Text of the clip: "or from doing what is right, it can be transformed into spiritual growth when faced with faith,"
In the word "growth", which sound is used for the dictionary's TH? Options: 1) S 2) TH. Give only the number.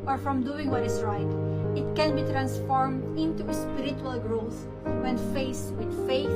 1